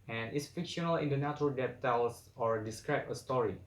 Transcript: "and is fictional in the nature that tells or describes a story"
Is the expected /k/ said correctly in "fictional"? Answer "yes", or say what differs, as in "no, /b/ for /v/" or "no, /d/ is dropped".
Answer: yes